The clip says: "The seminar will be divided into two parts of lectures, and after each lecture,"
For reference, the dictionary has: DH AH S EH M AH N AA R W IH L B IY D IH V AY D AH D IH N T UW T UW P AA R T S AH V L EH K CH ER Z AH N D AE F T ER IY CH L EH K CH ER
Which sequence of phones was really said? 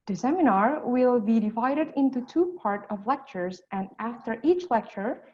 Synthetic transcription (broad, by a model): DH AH S EH M AH N AA R W IH L B IY D IH V AY D AH D IH N T UW T UW P AA R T AH V L EH K CH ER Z AH N D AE F T ER IY CH L EH K CH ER